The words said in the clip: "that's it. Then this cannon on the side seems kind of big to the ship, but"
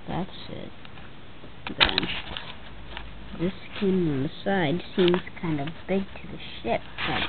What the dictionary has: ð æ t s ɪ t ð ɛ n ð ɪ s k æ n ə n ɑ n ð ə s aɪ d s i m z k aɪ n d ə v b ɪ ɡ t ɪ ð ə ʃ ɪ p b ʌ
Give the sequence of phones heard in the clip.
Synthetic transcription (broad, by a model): ð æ t s ɪ t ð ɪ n ð ɪ s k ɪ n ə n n ð ə s aɪ d s i m z k aɪ n d ə v b ɪ ɡ t ɪ ð ə ʃ ɪ p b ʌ